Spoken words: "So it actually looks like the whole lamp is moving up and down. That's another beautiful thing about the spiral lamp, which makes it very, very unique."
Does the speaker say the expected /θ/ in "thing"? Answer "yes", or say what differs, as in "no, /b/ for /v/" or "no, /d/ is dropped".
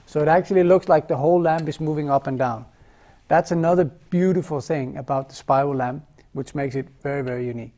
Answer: yes